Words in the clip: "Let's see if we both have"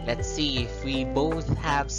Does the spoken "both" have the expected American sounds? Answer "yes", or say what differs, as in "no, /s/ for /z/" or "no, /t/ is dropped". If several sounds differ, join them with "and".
yes